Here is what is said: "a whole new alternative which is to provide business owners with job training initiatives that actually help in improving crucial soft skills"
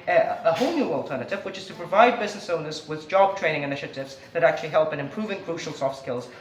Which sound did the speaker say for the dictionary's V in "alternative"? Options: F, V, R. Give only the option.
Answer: V